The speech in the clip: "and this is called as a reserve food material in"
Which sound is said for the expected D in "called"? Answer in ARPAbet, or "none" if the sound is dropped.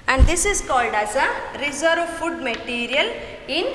D